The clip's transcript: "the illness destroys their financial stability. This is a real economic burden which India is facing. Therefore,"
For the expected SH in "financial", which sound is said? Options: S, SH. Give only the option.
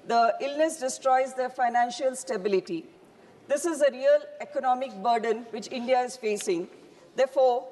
SH